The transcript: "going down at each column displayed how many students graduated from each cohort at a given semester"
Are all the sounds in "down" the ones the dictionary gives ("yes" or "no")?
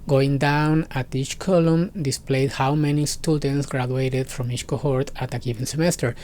yes